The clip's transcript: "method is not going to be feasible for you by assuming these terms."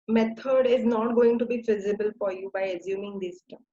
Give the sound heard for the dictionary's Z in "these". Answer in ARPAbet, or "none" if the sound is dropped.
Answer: S